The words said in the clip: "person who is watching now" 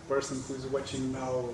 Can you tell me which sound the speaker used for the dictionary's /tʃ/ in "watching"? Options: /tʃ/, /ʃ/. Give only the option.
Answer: /tʃ/